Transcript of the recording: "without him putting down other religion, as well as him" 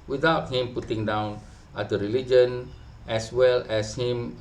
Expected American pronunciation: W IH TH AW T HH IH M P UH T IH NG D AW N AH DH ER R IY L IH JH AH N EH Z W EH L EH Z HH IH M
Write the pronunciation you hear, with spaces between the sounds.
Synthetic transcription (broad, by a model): W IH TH AW T HH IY M P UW T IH NG D AW N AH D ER R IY L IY JH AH N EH S W EH L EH S HH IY M